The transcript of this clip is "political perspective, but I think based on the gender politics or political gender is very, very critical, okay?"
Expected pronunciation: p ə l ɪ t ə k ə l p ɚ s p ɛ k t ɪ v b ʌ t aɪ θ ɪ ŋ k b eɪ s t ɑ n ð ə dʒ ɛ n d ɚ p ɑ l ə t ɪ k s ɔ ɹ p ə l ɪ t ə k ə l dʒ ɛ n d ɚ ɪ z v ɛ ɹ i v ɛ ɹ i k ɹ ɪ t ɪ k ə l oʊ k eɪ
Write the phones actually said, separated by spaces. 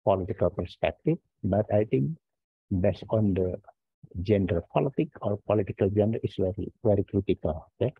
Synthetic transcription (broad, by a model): p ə l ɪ t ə k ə l p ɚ s p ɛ k t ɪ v b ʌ t aɪ t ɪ ŋ k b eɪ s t ɑ n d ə dʒ ɛ n d ɚ p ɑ l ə t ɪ k ɔ ɹ p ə l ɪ t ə k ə l dʒ ɛ n d ɚ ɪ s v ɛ ɹ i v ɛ ɹ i k ɹ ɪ t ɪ k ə l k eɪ